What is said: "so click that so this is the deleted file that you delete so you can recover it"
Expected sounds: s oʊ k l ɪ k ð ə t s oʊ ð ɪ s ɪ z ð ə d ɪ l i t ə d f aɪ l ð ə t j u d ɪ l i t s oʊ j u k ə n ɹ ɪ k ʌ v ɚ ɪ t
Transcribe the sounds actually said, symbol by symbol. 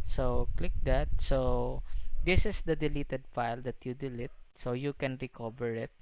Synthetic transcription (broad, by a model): s oʊ k l ɪ k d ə t s oʊ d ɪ s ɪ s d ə d ɪ l i t ə d f aɪ l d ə t j u d ɪ l i t s oʊ j u k ə n ɹ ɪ k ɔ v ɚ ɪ t